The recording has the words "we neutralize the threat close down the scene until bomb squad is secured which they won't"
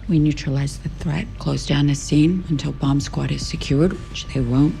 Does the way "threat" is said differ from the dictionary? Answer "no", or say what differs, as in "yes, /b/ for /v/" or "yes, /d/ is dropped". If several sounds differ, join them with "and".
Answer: no